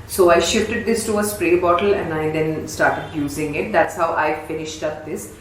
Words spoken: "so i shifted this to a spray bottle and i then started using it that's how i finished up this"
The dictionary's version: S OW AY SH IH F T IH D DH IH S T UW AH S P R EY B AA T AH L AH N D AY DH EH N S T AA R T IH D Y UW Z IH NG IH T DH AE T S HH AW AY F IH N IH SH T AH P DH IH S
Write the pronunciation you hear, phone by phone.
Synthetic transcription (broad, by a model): S OW AY SH IH F T IH D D IH S T UW AH S P R EY B AA T AH L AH N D AY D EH N S T AA R T IH D Y UW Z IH NG IH T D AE T S HH AW AY F IH N IH SH T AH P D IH S